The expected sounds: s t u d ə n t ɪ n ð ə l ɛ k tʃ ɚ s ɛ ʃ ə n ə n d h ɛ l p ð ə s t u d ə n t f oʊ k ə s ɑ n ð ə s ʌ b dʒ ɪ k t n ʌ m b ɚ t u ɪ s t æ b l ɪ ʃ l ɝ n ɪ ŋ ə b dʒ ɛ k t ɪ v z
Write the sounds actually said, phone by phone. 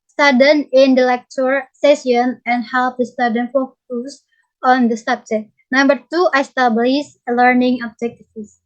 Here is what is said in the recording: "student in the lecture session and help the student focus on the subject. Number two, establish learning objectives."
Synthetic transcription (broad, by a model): s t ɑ d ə n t ɪ n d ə l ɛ k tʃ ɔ s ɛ s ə n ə n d h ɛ l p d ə s t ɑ d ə n f oʊ k ə s ɑ n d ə s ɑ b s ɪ t n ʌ m b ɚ t u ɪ s t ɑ b l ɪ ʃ l ɝ n ɪ ŋ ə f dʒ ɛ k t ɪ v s